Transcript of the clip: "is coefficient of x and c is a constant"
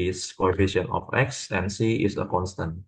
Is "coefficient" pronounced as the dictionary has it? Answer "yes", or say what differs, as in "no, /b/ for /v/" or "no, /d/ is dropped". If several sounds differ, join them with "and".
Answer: no, /t/ is dropped